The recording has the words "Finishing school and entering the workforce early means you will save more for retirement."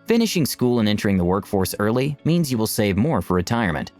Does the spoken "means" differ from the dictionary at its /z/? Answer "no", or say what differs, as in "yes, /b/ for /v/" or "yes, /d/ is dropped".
no